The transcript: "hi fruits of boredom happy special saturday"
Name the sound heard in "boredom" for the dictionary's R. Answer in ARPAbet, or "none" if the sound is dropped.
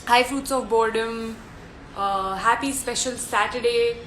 R